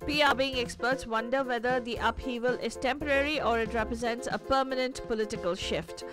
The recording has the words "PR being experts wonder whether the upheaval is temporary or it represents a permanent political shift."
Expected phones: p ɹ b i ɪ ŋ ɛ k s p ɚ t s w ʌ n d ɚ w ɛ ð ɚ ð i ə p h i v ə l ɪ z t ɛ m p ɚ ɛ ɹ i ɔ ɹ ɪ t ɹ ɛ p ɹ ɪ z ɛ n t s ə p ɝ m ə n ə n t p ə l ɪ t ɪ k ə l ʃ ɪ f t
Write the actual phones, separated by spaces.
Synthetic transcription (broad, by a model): p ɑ b i ɪ ŋ ɛ k s p ɚ t s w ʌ n d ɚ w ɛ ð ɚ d i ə p h i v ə l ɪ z t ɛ m p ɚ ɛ ɹ i ɔ ɹ ɪ t ɹ ɛ p ɹ ɪ z ɛ n t s ə p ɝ m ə n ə n t p ə l ɪ t ɪ k ə l ʃ ɪ f t